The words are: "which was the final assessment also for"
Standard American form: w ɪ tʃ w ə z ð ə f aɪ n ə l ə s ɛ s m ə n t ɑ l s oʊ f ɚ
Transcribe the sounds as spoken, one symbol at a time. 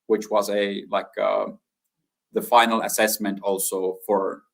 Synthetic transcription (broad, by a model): w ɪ tʃ w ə z ð ə f aɪ n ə l ə s ɛ s m ə n t ɑ l s oʊ f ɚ